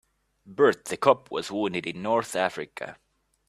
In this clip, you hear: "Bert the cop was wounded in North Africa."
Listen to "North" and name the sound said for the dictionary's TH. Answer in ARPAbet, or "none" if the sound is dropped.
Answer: TH